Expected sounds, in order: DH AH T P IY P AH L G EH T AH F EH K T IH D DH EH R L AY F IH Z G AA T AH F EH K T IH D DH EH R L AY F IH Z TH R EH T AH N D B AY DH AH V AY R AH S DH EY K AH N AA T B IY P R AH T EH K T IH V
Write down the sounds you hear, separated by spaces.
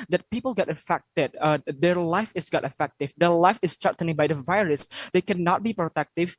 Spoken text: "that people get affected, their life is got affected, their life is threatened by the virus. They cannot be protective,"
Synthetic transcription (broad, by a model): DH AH T P IY P AH L G EH T AH F EH K T IH D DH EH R L AY F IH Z G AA T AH F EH K T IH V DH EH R L AY F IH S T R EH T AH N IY B AY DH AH V AY R AH S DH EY K AH N AA T B IY P R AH T EH K T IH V